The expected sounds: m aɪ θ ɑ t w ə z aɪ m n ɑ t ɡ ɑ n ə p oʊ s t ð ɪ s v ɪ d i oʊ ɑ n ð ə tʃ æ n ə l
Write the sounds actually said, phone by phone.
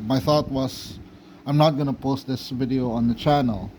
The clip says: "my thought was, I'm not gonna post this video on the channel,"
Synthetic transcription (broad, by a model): m aɪ θ ɑ t w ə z aɪ m n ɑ t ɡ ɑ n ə p oʊ s t ð ɪ s v ɪ d i oʊ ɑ n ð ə tʃ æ n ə l